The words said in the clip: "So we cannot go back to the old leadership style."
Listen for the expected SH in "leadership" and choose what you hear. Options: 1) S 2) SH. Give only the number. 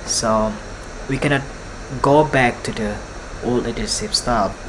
1